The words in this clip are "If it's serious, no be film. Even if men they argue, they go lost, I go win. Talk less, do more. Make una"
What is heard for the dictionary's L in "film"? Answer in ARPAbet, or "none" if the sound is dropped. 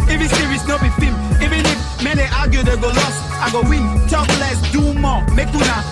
none